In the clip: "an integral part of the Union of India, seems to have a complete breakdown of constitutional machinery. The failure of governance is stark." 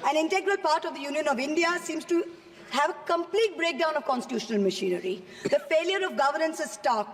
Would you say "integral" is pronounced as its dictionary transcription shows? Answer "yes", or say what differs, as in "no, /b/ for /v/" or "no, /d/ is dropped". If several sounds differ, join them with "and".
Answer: yes